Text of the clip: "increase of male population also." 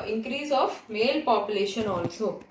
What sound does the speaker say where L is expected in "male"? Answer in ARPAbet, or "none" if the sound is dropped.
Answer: L